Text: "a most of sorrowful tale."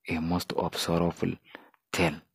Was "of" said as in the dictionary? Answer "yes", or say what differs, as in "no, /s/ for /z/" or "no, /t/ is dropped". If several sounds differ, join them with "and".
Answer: no, /b/ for /v/